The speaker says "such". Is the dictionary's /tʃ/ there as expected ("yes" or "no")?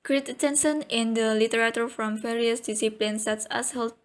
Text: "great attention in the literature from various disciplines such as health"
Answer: no